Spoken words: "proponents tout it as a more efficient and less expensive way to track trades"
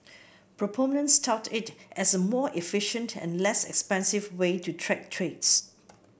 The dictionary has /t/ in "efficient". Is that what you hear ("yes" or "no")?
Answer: yes